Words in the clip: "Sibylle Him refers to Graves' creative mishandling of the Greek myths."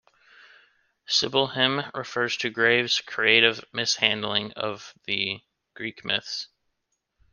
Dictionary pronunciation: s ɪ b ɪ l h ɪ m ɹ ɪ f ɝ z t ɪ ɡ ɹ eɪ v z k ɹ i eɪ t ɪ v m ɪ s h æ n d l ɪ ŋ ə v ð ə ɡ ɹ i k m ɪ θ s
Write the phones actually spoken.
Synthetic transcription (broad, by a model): s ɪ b l h ɪ m ɹ ɪ f ɝ z t ɪ ɡ ɹ eɪ v z k ɹ i eɪ t ɪ v m ɪ s h æ n d l ɪ ŋ ə v ð ə ɡ ɹ i k m ɪ θ s